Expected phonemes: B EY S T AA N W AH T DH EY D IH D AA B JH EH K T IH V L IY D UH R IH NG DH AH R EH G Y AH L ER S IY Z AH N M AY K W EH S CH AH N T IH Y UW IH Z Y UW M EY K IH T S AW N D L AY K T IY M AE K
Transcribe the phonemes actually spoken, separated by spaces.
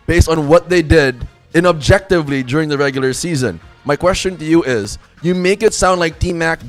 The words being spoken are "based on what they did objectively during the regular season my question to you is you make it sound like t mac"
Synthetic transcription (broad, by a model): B EY S T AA N W AH T DH EY D IH D AA B JH EH K T IH V L IY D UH R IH NG DH AH R EH G Y L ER S IY Z AH N M AY K W EH S CH AH N T IH Y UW IH Z Y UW M EY K IH T S AW N D L AY K T IY M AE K